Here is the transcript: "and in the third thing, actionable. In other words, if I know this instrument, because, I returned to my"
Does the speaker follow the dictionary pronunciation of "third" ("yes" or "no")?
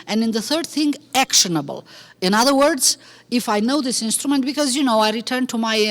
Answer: yes